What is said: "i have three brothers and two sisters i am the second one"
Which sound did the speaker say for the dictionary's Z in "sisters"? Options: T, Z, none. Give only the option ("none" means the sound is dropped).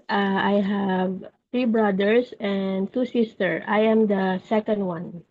none